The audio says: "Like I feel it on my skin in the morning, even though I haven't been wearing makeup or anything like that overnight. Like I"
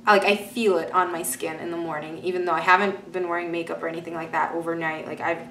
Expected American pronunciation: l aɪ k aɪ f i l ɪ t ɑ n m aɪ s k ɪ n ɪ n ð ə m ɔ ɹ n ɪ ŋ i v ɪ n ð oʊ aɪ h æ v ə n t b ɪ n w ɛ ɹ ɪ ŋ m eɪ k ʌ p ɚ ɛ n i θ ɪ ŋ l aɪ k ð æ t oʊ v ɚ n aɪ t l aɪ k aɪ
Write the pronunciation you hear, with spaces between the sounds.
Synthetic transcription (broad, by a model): l aɪ k aɪ f i l ɪ t n m aɪ s k ɪ n ɪ n ð ə m ɔ ɹ n ɪ ŋ i v ɪ n ð oʊ aɪ h æ v ə n t b ɪ n w ɛ ɹ ɪ ŋ m eɪ k ʌ p ɚ ɛ n i θ ɪ ŋ l aɪ k ð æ t oʊ v ɚ n aɪ t l aɪ k aɪ